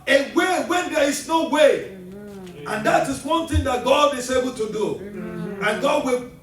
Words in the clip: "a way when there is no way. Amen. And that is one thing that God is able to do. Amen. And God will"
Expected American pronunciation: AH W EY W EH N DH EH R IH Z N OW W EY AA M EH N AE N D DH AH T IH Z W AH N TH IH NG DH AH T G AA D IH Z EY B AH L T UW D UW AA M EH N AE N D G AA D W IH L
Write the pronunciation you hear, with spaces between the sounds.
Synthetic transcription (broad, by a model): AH W EY W EH N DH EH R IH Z N OW W EY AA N N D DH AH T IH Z W AH N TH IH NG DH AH T G AA D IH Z EY B AH L T UW D UW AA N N G AA D W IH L